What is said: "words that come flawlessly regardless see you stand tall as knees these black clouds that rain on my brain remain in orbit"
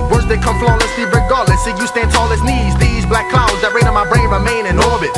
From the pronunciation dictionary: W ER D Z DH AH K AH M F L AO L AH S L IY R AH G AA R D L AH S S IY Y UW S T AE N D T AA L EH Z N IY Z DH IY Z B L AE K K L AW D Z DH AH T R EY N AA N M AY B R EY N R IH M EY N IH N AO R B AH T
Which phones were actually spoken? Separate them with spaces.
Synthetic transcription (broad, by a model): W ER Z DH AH K AH M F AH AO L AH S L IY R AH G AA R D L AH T S IY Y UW S T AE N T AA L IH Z N IY Z DH IY Z B L AE K K L AW D Z DH AH T R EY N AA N M AY B R EY N R IH M EY N IH N AO R B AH T